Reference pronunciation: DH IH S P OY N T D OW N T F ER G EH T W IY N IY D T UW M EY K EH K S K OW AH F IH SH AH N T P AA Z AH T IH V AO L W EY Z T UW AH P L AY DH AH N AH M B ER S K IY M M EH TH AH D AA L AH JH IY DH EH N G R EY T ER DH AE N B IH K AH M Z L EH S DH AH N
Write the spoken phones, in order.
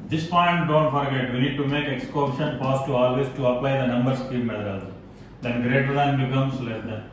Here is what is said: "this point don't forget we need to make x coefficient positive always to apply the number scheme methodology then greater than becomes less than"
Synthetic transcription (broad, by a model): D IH S P OY N T D OW N T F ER G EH T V IY N IY D T UW M EY K EH K S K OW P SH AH N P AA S T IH AO L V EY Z T UW AH P L AY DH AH N AH M B ER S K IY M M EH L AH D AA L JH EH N G R EY T ER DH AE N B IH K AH M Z L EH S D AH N